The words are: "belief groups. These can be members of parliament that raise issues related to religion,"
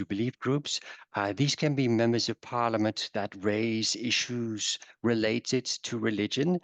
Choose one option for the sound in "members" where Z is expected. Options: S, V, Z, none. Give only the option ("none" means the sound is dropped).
Z